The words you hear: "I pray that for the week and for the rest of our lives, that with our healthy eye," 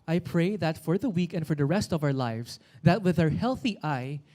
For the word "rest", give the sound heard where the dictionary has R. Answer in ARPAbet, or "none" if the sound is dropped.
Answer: R